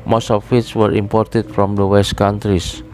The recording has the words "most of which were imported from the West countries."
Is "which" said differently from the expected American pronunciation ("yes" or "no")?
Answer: yes